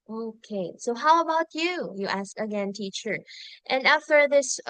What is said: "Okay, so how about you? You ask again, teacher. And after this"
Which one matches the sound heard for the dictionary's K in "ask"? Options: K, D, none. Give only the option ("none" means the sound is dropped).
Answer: K